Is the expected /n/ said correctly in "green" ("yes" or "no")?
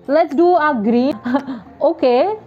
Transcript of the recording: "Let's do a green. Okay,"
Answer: no